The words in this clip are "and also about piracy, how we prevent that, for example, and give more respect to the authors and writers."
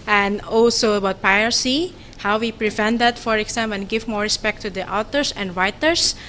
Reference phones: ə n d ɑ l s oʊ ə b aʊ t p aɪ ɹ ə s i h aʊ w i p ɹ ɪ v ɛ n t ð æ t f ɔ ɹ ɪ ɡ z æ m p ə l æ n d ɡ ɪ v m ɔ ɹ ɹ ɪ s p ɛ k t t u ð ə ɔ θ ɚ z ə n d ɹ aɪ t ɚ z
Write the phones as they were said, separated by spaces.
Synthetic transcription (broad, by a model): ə n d ɑ l s oʊ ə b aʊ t p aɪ ə s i h aʊ w i p ɹ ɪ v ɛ n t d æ t f ɔ ɹ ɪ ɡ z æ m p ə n ɡ ɪ v m ɔ ɹ ɹ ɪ s p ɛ k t t u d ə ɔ t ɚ s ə n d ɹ aɪ t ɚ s